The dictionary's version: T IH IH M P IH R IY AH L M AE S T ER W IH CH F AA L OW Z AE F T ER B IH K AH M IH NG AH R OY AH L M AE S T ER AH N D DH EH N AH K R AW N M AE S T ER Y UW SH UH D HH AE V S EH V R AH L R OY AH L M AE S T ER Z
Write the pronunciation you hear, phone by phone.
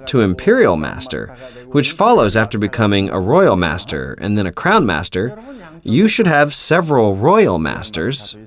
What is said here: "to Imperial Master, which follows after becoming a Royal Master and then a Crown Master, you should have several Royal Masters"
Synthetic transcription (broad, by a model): T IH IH M P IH R IY L M AE S T ER W IH CH F AA L OW Z AE F T ER B IH K AH M IH NG AH R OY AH L M AE S T ER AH N DH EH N AH K R AW N M AE S T ER Y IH SH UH D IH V S EH V R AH L R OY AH L M AE S T ER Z